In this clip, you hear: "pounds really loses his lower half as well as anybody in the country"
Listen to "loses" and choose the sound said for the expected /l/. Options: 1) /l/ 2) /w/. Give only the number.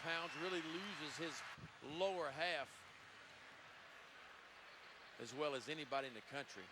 1